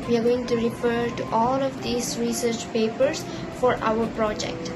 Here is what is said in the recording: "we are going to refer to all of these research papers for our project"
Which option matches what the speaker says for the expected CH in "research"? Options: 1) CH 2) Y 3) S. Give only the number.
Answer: 1